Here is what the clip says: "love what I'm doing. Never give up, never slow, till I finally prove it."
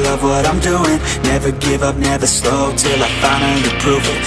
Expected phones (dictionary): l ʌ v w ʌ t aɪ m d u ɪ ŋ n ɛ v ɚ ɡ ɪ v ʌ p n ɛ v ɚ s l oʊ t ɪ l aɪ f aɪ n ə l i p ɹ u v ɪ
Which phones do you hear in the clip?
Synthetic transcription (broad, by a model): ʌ v w ʌ t aɪ m d u ɪ ŋ n ɛ v ɚ ɡ ɪ v ʌ p n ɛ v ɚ s l oʊ t ɪ l aɪ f aɪ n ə n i p ɹ u v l